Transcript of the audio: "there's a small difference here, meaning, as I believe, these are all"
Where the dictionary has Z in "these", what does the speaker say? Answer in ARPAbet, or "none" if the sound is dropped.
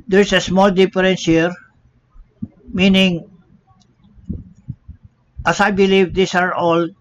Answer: S